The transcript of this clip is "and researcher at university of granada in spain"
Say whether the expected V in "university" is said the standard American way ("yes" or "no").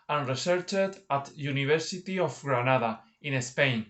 no